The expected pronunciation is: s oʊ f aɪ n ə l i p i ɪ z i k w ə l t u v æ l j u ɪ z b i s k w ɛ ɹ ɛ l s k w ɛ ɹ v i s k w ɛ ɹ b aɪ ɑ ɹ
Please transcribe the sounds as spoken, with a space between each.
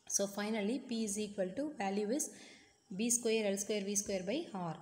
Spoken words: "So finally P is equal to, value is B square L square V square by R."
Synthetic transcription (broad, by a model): s oʊ f aɪ n ə l i p i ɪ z i k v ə l t u v æ l j u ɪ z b i s k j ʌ ɹ ɛ l s k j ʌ ɹ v i s k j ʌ ɹ b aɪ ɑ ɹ